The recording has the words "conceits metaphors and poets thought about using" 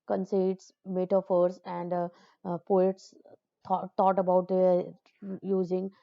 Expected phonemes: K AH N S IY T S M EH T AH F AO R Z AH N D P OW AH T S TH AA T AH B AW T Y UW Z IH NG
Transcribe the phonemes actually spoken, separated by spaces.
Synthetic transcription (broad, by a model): K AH N S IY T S M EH T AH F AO R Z AH N D P OW AH T S T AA T AH B AW T Y UW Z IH NG